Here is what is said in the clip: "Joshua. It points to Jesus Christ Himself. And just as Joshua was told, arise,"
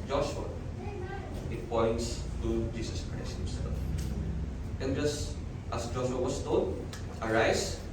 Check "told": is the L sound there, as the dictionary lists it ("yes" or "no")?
no